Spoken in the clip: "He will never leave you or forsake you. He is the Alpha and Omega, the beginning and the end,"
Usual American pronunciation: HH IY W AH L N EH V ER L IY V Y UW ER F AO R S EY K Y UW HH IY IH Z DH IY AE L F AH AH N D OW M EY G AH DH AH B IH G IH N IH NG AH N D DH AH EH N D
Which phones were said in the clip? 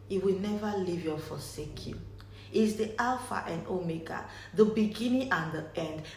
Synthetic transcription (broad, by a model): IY W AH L N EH V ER L IY V Y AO F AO S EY K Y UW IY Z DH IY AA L F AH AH N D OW M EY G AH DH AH B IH G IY N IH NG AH N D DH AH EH N D